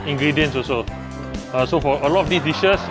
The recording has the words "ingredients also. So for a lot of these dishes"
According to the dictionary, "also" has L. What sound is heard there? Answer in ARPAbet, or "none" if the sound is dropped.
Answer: none